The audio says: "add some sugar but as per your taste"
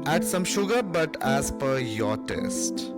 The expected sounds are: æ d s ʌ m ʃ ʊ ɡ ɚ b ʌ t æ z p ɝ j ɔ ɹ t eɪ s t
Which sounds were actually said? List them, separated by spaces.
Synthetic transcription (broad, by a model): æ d s ʌ m ʃ ʊ ɡ ɚ b ʌ t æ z p ɝ j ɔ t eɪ s t